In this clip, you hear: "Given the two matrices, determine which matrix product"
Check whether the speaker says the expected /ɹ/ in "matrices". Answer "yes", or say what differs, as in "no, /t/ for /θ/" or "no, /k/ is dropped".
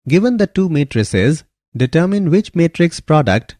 yes